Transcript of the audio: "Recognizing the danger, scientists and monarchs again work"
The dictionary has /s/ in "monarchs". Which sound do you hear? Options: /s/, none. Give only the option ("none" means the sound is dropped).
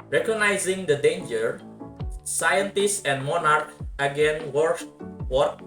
none